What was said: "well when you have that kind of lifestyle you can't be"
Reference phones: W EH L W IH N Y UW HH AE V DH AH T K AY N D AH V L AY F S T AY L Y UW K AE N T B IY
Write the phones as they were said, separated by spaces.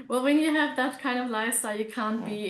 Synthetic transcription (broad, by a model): W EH L W IH N Y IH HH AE V DH AH T K AY N D AH V L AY S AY Y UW K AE N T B IY